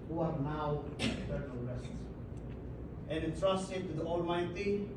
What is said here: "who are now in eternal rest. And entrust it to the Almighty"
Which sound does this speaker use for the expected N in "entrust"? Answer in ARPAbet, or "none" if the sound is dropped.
none